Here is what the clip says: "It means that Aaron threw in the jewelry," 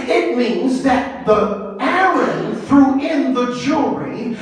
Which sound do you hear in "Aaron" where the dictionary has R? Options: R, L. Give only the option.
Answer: L